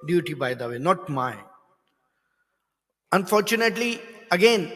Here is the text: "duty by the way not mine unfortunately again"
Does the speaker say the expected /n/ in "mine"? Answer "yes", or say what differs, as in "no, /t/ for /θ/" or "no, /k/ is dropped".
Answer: no, /n/ is dropped